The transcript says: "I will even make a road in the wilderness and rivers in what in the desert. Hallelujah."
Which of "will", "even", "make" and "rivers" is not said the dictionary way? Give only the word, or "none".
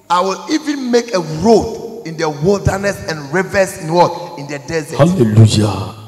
rivers